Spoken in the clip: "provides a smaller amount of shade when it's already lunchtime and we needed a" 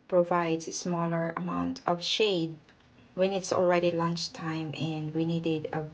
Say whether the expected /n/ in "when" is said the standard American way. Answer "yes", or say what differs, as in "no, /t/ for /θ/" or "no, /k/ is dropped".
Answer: yes